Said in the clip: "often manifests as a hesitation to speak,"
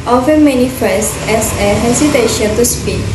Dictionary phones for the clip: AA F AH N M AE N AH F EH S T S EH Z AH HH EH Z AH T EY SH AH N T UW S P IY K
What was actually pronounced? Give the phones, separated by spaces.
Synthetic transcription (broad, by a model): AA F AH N M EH N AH F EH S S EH S AH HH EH S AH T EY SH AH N T UW S P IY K